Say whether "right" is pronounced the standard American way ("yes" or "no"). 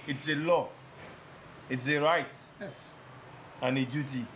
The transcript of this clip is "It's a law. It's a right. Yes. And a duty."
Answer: yes